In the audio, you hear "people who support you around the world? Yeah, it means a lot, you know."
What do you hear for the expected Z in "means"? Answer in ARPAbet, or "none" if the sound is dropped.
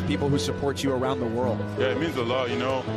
Z